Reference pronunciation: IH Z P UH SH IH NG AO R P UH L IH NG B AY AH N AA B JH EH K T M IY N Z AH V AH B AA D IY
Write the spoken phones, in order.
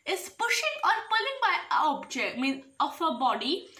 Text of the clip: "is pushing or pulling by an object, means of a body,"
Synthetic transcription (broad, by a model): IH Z P UH SH IH NG AO R P UH L IH NG B AY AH AA B JH EH K T M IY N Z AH F AH B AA D IY